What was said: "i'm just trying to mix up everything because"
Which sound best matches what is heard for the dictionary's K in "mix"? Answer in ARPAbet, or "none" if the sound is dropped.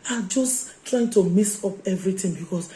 none